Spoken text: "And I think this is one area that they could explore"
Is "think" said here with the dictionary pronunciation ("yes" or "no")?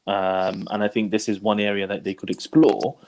yes